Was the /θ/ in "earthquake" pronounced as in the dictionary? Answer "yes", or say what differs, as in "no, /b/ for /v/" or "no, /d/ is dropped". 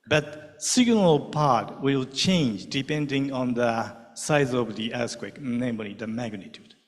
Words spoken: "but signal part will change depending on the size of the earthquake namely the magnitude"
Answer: no, /s/ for /θ/